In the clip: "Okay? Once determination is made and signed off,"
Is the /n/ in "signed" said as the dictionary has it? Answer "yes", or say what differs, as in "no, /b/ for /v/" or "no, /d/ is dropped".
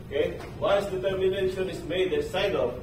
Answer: no, /n/ is dropped